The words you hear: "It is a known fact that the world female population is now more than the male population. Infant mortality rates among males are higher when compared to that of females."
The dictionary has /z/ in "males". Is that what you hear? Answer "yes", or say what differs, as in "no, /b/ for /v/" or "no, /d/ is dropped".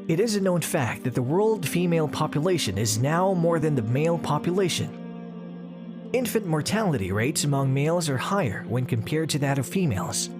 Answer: yes